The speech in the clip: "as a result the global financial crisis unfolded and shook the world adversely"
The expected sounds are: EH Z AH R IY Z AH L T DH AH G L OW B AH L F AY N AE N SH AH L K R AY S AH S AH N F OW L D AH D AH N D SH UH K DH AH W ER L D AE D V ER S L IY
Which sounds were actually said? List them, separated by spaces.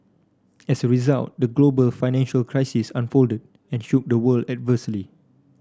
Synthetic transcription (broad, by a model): EH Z AH R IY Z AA L T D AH G L OW B AH L F AY N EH N SH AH L K R AY S AH S AH N F OW L D AH D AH N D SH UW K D AH W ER L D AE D V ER S L IY